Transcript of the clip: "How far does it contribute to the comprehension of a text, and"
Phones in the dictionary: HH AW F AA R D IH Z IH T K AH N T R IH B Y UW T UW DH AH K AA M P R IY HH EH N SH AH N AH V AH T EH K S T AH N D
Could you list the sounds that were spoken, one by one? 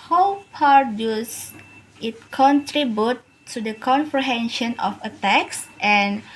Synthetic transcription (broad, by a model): HH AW P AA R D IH S IH T K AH N T R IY B Y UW T UW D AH K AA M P R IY HH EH N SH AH N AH F AH T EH K S T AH N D